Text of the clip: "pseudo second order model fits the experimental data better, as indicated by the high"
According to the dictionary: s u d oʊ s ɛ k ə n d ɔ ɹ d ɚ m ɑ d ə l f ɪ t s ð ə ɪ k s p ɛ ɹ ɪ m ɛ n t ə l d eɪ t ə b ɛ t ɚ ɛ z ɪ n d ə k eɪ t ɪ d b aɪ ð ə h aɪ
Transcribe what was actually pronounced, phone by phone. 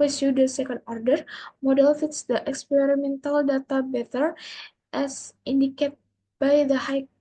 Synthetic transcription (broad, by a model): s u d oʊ s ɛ k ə n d ɔ ɹ d ɚ m ɑ d ə l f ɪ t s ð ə ɪ k s p ɛ ɹ ɪ m ɛ n t ə l d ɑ t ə b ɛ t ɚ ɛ s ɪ n d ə k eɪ t b aɪ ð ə h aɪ